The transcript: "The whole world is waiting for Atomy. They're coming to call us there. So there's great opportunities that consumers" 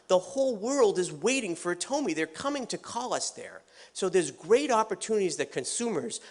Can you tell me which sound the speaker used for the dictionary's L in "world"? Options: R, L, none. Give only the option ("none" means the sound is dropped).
L